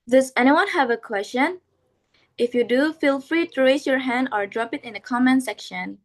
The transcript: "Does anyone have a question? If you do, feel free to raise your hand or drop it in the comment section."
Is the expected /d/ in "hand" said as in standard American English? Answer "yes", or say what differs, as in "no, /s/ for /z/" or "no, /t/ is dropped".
yes